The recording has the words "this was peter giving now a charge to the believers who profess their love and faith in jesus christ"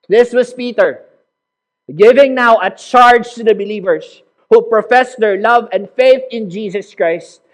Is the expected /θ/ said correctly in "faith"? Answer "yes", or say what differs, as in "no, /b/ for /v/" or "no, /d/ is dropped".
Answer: yes